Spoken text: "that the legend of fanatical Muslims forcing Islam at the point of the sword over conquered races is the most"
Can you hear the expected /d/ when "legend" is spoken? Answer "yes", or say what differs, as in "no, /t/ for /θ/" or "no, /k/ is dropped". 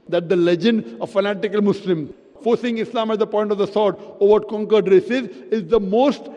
yes